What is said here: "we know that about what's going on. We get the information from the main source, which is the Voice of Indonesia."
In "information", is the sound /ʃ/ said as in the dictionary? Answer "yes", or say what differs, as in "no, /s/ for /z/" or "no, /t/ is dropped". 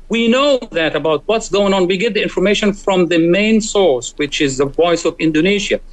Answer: yes